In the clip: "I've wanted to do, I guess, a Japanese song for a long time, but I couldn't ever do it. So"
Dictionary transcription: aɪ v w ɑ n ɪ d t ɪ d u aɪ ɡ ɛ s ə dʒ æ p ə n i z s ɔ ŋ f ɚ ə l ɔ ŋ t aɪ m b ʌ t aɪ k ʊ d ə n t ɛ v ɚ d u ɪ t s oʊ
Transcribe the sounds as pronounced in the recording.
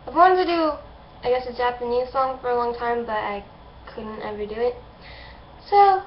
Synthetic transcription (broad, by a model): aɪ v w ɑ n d t ɪ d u aɪ ɡ ɛ s ə dʒ æ p ə n i z s ɔ ŋ f ɚ ə l ɔ ŋ t aɪ m b ʌ t aɪ k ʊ d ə n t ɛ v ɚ d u ɪ t s oʊ